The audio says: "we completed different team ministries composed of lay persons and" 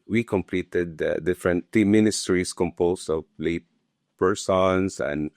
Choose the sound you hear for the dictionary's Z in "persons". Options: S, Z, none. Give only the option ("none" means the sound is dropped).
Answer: S